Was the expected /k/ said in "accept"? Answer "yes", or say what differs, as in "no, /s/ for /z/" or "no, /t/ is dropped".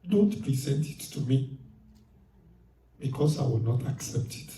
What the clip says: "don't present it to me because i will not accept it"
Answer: yes